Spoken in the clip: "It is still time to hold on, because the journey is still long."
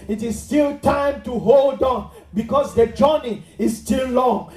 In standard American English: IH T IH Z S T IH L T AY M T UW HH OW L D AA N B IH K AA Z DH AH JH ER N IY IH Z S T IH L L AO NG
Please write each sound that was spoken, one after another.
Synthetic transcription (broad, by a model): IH T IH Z S T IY L T AY M T UW HH OW L D AA N B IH K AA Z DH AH JH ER N IY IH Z S T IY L L AO NG